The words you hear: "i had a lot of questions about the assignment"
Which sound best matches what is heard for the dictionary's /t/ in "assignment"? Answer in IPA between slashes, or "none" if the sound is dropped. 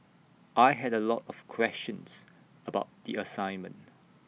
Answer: /t/